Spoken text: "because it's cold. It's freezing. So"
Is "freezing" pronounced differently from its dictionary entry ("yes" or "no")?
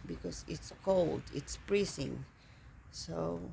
yes